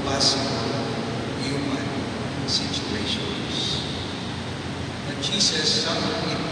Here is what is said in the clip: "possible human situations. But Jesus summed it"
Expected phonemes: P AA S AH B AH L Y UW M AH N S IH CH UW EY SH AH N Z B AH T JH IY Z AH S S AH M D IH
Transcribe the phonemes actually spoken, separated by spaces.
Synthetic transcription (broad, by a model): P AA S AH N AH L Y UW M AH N S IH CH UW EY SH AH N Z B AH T SH IY S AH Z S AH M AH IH